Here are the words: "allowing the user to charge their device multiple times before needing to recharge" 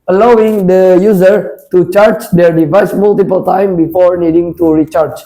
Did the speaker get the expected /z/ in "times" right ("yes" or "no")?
no